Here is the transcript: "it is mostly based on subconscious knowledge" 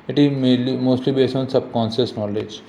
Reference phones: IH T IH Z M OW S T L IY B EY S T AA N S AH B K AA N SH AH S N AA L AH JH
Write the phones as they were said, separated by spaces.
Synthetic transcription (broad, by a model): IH T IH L M OW S T L IY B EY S AA N S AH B K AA N S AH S N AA L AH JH